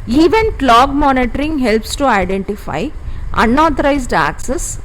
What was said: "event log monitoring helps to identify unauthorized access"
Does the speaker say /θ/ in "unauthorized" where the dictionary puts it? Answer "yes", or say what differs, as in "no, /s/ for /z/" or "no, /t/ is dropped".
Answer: no, /t/ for /θ/